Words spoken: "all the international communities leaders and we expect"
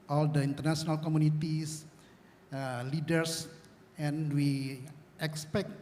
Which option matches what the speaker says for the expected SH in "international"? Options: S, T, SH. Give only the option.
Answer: S